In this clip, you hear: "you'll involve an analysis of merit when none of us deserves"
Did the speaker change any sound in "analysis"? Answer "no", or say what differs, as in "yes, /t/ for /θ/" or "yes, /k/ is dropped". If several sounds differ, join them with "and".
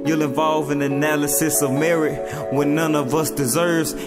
no